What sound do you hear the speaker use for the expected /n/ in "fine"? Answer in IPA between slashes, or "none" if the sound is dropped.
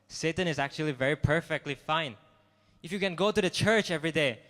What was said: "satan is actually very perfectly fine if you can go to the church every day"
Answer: /n/